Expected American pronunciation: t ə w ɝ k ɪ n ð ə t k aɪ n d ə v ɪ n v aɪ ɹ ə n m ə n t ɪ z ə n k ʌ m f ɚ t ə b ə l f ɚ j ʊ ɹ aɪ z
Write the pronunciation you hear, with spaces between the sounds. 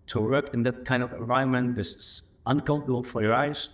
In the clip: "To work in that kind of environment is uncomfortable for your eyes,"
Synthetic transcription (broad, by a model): t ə w ɝ k ɪ n ð ə t k aɪ n d ə v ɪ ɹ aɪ ə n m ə n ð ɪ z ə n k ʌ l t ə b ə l f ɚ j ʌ ɹ aɪ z